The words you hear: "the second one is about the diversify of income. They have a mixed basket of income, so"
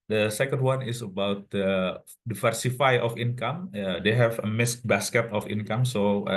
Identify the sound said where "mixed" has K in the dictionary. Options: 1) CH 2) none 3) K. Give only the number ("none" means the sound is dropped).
2